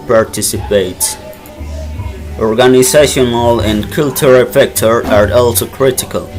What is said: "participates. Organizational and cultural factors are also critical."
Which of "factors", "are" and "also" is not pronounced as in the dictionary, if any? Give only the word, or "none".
factors